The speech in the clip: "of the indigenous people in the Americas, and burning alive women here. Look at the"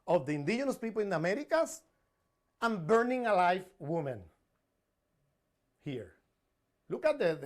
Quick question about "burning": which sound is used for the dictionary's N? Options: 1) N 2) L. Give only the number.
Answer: 1